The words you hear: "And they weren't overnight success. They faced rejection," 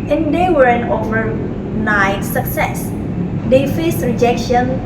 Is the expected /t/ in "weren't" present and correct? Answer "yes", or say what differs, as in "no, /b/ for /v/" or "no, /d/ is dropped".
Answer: no, /t/ is dropped